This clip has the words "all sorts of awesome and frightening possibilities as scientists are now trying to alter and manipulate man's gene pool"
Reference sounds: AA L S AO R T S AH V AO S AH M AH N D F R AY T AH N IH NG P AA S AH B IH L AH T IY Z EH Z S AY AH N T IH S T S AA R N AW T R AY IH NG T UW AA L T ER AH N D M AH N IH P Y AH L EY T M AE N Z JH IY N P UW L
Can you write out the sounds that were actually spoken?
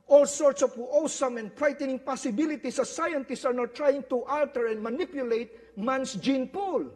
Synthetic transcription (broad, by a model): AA L S AO R T S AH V AO S AH M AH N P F R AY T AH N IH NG P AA S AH B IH L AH T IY S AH S AY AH N T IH S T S AA R N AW T R AY IH NG T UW AA L T ER AH N D M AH N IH P Y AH L EY T M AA N S JH IY N P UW L